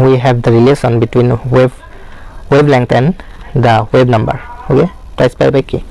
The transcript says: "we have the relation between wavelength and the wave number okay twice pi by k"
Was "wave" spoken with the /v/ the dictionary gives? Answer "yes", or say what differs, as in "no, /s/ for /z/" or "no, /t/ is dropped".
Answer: no, /b/ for /v/